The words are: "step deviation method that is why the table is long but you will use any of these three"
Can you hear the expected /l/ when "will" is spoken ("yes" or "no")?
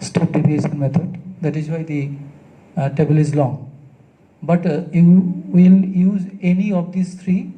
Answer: yes